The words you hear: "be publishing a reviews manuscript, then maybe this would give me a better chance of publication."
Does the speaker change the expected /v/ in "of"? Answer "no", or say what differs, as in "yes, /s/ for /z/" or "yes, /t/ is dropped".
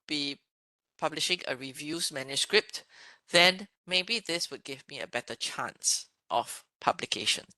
yes, /f/ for /v/